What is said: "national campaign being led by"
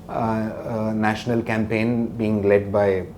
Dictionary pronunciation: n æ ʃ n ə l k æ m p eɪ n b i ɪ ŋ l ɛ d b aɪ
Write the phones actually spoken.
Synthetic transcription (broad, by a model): n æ ʃ n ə l k æ m p eɪ n b i ɪ ŋ l ɛ d b aɪ